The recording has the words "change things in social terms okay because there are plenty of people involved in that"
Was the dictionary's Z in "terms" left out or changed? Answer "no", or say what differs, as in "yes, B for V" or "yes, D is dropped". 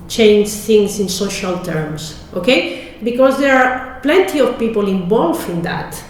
yes, S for Z